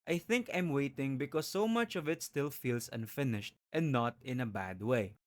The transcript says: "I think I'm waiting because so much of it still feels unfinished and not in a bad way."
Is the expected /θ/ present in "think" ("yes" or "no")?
yes